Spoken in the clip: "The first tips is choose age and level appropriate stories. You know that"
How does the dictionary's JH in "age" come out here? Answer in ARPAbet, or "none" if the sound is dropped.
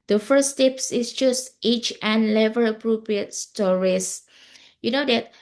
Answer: CH